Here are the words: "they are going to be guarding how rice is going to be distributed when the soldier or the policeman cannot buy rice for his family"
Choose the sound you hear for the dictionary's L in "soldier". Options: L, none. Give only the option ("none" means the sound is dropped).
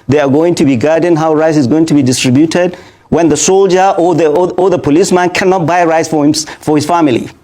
L